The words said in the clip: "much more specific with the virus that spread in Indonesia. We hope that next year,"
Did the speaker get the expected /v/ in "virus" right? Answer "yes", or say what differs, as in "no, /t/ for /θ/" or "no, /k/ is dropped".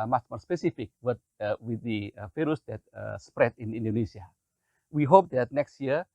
no, /f/ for /v/